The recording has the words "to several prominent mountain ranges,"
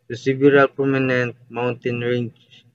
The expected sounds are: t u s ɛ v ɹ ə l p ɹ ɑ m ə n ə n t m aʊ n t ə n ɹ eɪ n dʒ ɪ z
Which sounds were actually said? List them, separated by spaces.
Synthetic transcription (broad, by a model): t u s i b ɹ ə l p ɹ ɑ m ə n ə n t m aʊ n t ə n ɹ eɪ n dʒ